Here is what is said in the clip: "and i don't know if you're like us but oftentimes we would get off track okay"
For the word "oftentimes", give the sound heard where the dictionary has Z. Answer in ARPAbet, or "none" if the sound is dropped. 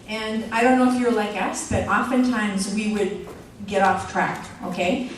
Z